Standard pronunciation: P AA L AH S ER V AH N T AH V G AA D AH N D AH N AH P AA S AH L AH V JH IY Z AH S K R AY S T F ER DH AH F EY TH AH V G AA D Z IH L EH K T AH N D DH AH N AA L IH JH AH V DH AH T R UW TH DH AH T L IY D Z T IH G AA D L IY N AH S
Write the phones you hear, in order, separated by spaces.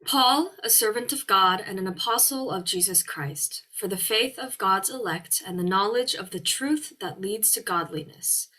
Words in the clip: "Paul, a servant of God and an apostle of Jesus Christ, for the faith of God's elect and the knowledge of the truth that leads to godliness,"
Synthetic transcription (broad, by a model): P AA L AH S ER V AH N T AH V G AA D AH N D AH N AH P AA S L AH V JH IY Z AH S K R AY S T F ER DH AH F EY TH AH V G AA D Z IH L EH K T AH N DH AH N AA L IH JH AH V DH AH T R UW TH DH AH T L IY D Z T IH G AA D L IY N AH S